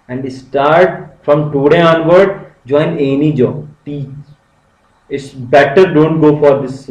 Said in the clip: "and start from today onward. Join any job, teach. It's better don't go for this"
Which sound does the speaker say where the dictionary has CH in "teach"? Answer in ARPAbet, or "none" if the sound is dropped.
none